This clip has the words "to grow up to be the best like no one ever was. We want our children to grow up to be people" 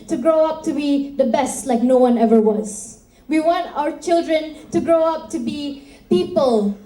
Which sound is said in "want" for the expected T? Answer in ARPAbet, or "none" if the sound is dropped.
T